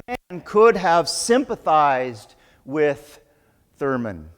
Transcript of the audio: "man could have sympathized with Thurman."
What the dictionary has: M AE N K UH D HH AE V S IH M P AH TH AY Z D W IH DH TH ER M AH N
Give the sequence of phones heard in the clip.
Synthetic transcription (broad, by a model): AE N K UH D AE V S IH M P AH TH AY Z D W IH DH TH ER M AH N